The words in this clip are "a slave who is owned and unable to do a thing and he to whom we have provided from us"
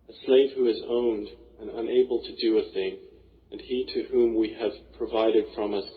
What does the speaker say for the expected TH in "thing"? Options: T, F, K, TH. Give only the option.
TH